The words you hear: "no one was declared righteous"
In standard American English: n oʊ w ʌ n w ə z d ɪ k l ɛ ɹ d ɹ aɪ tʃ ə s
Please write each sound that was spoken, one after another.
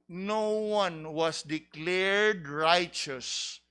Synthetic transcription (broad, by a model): n oʊ w ʌ n w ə s d ɪ k l ɛ ɹ d ɹ aɪ tʃ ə s